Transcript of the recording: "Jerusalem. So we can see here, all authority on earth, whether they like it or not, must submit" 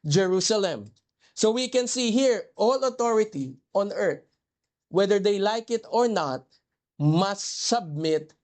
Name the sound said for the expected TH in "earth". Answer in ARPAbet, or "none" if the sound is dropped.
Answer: T